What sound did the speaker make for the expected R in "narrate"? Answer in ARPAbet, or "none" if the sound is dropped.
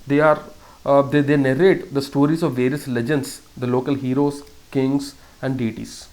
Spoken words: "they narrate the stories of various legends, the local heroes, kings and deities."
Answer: R